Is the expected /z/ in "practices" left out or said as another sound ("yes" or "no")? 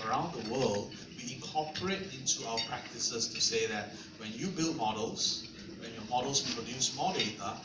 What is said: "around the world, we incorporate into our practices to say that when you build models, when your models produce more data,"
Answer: yes